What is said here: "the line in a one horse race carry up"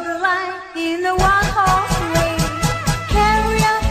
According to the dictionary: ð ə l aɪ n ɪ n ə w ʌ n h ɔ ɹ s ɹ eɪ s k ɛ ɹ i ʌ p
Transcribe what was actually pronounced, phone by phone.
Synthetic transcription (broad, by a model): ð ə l aɪ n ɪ n ə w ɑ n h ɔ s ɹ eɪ k ɛ ɹ i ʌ